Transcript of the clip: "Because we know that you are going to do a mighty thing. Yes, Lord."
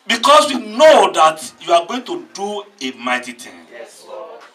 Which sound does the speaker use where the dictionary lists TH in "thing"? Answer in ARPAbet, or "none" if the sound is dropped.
T